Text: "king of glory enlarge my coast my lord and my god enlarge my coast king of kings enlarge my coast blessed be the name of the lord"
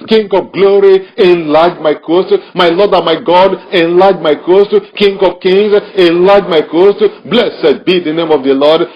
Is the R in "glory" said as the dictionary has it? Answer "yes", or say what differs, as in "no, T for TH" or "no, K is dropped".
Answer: yes